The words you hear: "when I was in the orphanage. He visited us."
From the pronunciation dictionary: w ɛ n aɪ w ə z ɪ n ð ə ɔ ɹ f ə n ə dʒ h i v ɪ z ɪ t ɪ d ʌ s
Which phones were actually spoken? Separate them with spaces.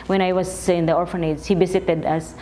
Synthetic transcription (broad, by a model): w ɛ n aɪ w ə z ɪ n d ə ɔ ɹ f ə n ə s h i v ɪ s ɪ t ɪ d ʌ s